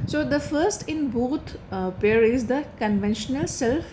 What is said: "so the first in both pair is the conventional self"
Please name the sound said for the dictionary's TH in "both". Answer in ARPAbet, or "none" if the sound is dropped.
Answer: T